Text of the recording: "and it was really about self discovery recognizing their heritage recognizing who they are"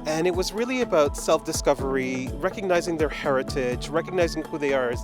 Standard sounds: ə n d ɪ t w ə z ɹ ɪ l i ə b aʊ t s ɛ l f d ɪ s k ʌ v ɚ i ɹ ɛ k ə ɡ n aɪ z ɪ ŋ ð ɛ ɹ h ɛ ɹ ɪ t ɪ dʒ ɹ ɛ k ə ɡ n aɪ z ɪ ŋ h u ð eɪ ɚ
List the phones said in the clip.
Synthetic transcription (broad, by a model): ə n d ɪ t w ə z ɹ ɪ l i ə b aʊ t s ɛ l f d ɪ s k ʌ v ɚ i ɹ ɛ k ə ɡ n aɪ z ɪ ŋ ð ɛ ɹ h ɛ ɹ ɪ t ɪ dʒ ɹ ɛ k ə ɡ n aɪ z ɪ ŋ h u ð eɪ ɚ